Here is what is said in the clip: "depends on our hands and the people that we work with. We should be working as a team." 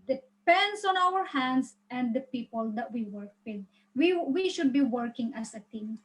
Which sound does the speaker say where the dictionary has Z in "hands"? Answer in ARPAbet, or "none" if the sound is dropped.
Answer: S